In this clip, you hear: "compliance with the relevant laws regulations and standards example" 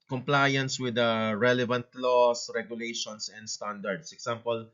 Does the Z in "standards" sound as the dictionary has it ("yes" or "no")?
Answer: no